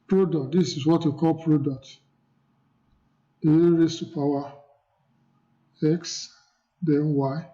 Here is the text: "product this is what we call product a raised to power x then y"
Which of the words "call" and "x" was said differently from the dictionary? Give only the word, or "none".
none